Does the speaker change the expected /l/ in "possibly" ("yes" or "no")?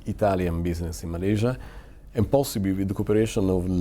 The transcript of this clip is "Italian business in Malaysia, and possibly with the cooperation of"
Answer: yes